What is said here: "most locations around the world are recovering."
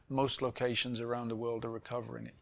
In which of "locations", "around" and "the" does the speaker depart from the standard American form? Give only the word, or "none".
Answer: none